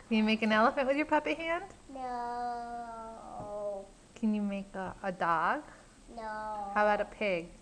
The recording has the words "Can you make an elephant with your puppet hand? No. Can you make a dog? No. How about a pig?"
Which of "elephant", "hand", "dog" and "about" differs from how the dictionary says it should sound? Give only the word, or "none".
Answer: about